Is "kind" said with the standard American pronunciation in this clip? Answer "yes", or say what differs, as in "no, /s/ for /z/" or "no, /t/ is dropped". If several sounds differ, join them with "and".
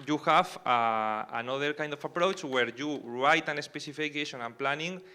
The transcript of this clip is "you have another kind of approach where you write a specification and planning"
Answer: yes